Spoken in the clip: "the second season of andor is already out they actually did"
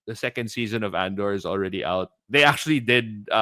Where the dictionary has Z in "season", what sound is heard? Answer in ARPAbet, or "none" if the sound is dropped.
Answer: Z